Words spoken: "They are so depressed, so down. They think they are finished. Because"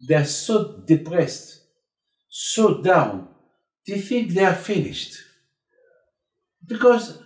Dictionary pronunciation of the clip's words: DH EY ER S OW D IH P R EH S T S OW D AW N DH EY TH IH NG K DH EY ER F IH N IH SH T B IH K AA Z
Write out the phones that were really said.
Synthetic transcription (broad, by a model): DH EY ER S OW D IH P R EH S T S OW D AW N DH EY TH IH NG K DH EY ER F IH N IH SH T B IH K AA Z